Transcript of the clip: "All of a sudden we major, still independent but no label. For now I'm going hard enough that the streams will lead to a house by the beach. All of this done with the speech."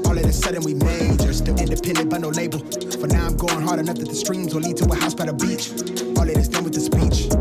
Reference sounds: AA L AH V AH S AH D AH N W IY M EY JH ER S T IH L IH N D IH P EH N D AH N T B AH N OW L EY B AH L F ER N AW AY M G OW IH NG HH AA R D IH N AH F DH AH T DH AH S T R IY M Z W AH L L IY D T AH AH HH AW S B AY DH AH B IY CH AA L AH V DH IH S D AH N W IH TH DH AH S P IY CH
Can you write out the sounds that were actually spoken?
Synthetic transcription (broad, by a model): AA L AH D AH S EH D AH N W IY M EY JH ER S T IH IH N D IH P EH N D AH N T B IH N OW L EY B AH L F ER N AW AY M G OW IH NG HH AA R D IH N AH F DH AH T DH AH S T R IY M Z W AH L L IY D T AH AH HH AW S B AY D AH B IY CH AA L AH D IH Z D AH N W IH DH AH S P IY CH